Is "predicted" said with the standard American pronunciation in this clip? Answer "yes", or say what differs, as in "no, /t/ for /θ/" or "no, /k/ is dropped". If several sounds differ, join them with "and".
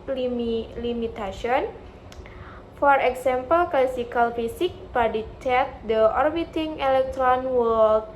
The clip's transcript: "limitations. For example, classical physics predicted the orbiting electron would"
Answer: no, /ɹ/ is dropped